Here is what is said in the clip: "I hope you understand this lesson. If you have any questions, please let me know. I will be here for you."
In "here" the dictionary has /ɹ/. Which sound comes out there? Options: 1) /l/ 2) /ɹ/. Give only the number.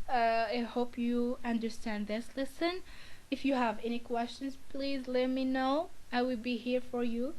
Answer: 2